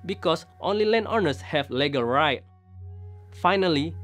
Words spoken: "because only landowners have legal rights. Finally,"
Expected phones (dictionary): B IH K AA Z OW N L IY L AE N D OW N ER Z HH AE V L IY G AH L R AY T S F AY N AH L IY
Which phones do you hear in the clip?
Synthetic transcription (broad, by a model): B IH K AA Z OW N L IY L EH N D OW N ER S HH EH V L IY G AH L R AY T F AY N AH L IY